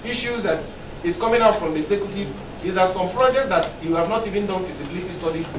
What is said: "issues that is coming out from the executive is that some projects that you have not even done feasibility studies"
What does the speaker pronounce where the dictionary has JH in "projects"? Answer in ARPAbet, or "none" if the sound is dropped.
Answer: JH